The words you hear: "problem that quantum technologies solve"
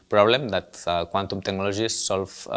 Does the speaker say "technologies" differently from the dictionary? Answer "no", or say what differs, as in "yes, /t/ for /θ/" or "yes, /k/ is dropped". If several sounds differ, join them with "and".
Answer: yes, /ʒ/ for /dʒ/